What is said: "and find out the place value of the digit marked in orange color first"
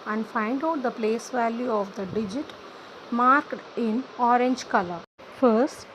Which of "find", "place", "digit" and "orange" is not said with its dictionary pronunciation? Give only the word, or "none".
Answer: none